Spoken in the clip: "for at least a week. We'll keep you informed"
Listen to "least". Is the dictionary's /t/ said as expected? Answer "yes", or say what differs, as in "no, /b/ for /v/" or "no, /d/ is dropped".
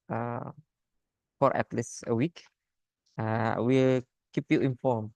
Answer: no, /t/ is dropped